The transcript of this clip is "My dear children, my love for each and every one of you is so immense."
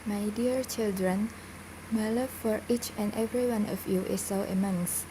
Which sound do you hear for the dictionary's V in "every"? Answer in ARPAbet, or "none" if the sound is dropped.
V